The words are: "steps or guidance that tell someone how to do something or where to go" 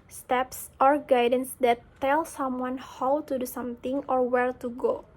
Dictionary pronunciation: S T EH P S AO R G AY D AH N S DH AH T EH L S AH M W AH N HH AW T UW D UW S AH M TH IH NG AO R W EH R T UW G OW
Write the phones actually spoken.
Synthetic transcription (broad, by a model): S T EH P S AO R G AY D AH N S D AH T EH L S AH M W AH N HH AW T UW D UW S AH M T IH NG AO R W EH R T UW G OW